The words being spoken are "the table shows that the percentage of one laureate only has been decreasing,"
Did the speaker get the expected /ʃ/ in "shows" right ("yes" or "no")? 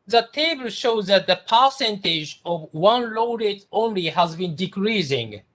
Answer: yes